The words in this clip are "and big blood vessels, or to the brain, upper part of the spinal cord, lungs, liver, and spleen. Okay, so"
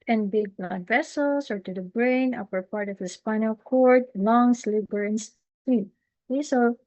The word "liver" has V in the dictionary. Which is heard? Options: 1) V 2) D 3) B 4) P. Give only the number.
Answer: 3